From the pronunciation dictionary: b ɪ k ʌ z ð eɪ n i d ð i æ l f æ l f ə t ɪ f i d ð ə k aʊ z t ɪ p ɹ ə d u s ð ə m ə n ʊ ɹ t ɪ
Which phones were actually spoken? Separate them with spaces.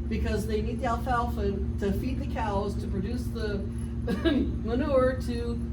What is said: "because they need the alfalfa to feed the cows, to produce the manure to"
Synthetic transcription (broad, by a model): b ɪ k ʌ z ð eɪ n i d ð i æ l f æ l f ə t ɪ f i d ð ə k aʊ z t ɪ p ɹ ə d u s ð ə m ə n ʊ ɹ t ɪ